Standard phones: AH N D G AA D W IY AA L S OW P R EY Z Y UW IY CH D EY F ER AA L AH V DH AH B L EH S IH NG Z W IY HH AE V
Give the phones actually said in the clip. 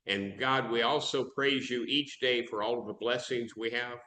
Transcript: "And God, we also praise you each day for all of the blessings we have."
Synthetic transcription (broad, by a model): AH N G AA D W IY AA L S OW P R EY Z Y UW IY CH D EY F ER AA L AH V DH AH B L EH S IH NG Z W IY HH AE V